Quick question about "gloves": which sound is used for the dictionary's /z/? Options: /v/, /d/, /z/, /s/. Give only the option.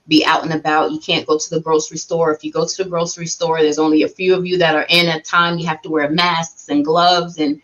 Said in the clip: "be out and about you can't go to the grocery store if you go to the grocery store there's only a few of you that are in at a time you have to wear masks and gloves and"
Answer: /z/